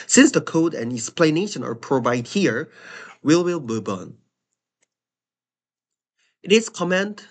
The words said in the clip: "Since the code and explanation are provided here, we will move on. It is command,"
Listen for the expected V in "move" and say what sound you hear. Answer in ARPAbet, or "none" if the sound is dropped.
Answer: B